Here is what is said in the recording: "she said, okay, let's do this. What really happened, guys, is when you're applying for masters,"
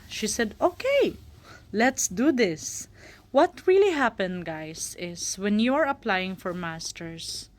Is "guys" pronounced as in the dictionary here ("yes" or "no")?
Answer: no